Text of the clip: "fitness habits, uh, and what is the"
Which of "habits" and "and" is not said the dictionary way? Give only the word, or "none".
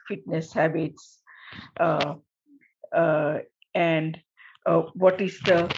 none